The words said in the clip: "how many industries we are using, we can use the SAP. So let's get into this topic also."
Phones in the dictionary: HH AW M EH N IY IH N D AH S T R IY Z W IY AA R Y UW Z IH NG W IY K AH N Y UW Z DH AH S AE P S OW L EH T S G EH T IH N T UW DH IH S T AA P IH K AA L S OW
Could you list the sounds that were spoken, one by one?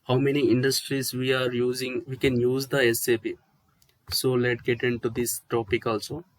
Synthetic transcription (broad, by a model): HH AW M EH N IY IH N D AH S T R IY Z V IY AA R Y UW Z IH NG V IY K AH N Y UW Z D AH S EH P S OW L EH T G EH T IH N T UW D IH S T AA P IH K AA L S OW